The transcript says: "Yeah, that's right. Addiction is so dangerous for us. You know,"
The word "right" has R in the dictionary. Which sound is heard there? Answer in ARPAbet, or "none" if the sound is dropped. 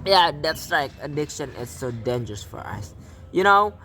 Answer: L